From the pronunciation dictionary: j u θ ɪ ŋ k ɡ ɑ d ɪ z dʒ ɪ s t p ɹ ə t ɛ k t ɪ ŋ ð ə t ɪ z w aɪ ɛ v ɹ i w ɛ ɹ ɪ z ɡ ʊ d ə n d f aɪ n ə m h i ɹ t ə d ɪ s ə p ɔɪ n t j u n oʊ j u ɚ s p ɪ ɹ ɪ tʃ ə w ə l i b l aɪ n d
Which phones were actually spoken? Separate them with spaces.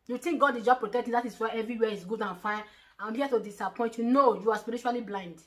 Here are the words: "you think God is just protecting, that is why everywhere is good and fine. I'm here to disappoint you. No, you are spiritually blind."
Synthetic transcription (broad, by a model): j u t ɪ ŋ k ɡ ɑ d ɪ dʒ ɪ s p ɹ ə t ɛ k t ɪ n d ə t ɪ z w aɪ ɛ v ɹ i w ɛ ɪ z ɡ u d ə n f aɪ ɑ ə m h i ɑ t ə d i s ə p ɔɪ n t j u n oʊ j u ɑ s p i ɹ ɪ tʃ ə l i b l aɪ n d